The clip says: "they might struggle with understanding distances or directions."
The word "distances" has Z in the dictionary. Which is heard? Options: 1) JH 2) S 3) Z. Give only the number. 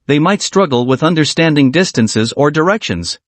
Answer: 3